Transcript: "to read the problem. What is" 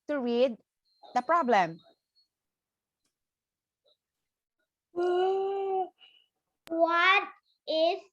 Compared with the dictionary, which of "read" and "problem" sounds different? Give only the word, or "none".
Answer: read